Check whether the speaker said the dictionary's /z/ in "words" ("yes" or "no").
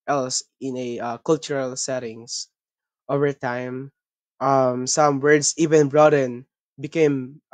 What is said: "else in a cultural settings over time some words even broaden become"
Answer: no